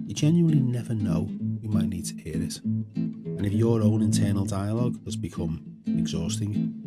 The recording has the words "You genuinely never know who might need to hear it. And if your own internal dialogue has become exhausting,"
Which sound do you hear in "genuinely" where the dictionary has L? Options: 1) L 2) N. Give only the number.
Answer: 1